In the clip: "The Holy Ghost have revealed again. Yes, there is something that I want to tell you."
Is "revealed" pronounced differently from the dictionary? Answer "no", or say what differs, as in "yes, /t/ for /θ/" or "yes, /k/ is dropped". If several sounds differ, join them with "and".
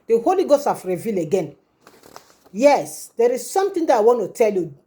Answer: yes, /d/ is dropped